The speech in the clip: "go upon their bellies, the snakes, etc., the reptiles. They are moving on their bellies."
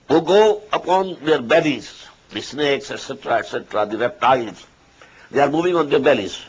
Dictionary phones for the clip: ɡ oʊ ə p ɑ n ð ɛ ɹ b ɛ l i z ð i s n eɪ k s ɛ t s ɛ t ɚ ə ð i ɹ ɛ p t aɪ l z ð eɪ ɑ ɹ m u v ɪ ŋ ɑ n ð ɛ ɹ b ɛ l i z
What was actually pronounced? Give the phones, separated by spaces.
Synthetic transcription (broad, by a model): ɡ oʊ ə p ɑ n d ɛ ɹ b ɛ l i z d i s n eɪ k s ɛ t s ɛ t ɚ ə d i ɹ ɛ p t aɪ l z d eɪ ɑ ɹ m u v ɪ ŋ ɑ n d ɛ ɹ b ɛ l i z